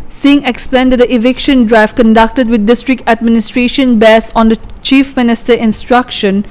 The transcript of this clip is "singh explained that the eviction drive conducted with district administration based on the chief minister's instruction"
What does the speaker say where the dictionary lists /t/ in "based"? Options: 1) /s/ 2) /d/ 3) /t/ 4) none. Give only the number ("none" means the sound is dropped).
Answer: 4